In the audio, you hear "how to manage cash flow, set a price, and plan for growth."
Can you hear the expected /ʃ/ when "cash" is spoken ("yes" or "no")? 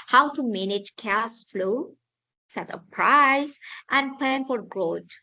no